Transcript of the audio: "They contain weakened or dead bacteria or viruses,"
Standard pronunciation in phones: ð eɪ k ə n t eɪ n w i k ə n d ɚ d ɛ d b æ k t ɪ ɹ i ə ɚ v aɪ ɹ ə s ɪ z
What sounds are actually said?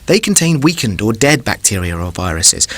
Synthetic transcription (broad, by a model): ð eɪ k ə n t eɪ n w i k ə n d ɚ d ɛ d b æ k t ɪ ɹ i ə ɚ v aɪ ɹ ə s ɪ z